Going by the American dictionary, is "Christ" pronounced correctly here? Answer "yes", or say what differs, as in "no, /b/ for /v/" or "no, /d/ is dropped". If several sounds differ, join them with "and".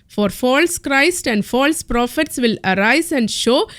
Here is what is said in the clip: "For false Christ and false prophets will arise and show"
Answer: yes